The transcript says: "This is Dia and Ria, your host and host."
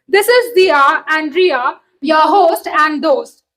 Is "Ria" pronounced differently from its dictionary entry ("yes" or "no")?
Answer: no